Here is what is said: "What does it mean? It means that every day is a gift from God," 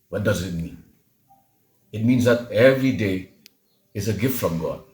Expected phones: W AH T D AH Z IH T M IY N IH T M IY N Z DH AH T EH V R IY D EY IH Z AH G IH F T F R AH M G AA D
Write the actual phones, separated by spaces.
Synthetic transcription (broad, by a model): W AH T D AH Z IH T M IY N IH T M IY N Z DH AH T EH V R IY D EY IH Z AH G IH F T F R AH M G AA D